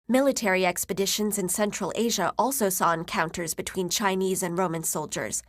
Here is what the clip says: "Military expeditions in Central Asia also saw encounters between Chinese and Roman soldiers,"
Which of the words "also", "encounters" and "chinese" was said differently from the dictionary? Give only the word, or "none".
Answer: none